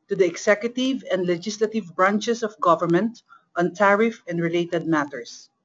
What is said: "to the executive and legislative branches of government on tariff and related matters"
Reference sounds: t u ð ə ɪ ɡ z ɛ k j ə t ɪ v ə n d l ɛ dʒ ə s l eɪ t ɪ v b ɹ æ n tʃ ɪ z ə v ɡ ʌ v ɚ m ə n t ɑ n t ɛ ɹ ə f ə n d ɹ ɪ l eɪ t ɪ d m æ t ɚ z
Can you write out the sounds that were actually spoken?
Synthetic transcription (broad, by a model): t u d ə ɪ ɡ s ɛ k j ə t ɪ v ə n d l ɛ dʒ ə s l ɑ t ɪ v b ɹ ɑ n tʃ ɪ s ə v ɡ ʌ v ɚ m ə n t ɑ n t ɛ ɹ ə f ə n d ɹ ɪ l eɪ t ɪ d m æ t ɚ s